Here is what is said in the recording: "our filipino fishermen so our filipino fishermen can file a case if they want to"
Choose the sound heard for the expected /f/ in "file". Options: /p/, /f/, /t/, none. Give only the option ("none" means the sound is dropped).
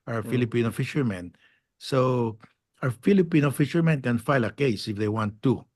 /f/